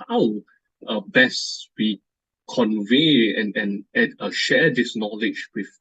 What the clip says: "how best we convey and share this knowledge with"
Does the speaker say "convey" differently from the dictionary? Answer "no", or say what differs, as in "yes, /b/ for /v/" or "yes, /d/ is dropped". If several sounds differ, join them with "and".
no